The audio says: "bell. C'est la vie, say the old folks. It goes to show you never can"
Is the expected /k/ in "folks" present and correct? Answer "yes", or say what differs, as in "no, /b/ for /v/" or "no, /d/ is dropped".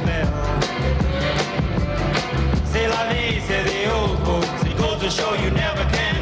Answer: no, /k/ is dropped